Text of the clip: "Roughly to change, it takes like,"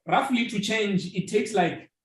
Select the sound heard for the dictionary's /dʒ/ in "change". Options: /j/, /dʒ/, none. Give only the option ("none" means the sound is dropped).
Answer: /dʒ/